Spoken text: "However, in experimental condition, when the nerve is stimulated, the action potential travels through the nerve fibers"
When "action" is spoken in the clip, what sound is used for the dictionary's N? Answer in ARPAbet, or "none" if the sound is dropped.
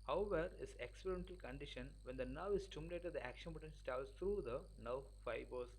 N